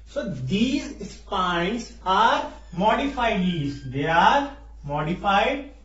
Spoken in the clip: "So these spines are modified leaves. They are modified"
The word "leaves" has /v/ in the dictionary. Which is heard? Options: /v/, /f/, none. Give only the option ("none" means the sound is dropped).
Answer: none